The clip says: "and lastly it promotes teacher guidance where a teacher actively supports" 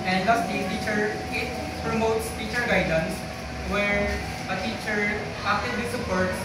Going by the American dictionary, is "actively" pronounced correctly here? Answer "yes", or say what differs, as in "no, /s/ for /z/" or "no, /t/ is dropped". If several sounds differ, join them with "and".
no, /k/ is dropped